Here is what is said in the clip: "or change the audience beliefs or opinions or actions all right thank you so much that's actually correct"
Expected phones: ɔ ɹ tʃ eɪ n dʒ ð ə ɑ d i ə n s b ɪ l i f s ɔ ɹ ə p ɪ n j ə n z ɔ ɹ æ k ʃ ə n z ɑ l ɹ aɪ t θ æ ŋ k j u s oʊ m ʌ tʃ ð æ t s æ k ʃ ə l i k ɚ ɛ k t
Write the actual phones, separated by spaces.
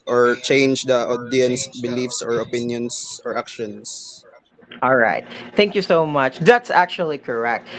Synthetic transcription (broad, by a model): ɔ ɹ tʃ eɪ n dʒ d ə ɑ d i ə n s b ɪ l i f s ɔ ɹ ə p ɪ n j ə n s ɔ ɹ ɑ k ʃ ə n s ɑ l ɹ aɪ t θ æ ŋ k j u s oʊ m ʌ tʃ ð æ t s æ k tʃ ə l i k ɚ ɛ k t